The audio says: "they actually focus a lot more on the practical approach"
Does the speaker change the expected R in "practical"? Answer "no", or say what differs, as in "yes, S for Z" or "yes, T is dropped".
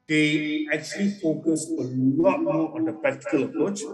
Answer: yes, R is dropped